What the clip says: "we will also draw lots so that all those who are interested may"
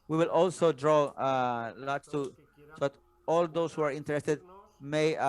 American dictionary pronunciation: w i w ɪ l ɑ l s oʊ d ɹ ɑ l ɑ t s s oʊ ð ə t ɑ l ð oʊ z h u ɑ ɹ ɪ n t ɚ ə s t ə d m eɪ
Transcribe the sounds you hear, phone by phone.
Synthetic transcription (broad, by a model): w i w ɪ l ɑ l s oʊ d ɹ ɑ l ɑ t s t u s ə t ɑ l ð oʊ s h u ɑ ɹ ɪ n t ɚ ə s t ə d m eɪ